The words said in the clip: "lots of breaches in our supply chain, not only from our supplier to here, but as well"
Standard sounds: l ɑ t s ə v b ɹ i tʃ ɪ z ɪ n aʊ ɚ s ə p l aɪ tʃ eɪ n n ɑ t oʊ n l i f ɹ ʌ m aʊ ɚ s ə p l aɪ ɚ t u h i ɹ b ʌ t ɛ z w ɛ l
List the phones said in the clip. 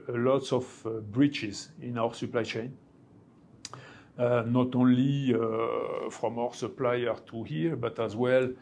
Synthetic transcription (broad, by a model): l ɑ t s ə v b ɹ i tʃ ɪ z ɪ n aʊ ɚ s ə p l aɪ tʃ eɪ n n ɑ t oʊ n l i f ɹ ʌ m aʊ ɚ s ə p l aɪ ɚ t u h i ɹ b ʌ t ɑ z w ɛ l